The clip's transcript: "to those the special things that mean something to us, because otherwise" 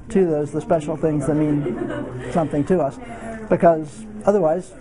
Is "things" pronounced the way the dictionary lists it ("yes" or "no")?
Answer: yes